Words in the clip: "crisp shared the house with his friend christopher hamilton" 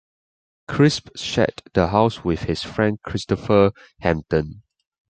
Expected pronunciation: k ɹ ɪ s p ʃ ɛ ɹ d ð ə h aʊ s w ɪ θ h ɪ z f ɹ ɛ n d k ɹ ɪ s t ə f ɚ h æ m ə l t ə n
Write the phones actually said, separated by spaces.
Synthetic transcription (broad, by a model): k ɹ ɪ s p ʃ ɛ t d ə h aʊ s w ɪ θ h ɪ s f ɹ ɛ n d k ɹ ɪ s t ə f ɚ h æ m t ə n